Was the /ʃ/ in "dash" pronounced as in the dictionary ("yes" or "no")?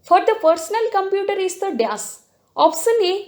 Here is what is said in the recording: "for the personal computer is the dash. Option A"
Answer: no